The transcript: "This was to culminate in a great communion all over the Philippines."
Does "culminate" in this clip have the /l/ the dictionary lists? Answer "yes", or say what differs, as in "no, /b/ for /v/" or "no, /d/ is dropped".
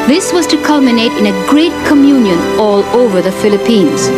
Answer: yes